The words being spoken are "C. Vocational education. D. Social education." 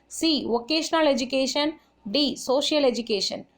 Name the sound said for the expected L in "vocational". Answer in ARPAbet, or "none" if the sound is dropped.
L